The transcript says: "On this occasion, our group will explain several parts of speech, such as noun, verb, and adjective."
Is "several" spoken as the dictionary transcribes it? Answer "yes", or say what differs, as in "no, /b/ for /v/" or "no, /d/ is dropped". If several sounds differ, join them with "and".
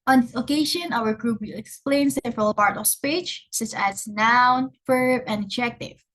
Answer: yes